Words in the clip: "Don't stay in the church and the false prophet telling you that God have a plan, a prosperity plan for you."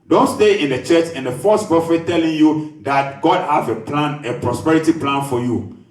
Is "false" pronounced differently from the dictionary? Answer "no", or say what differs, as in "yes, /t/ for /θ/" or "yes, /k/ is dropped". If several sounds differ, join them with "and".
yes, /l/ is dropped